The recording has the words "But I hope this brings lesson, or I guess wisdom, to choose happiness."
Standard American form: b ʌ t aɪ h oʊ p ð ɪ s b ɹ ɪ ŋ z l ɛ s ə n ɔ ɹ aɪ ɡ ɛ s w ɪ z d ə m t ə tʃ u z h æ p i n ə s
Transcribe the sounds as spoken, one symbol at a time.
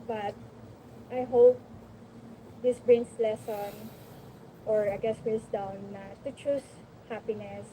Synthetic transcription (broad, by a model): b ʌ t aɪ h oʊ p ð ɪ s b ɹ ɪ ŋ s l ɛ s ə n ɔ ɹ aɪ ɡ ɛ s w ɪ s d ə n t ə tʃ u s h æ p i n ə s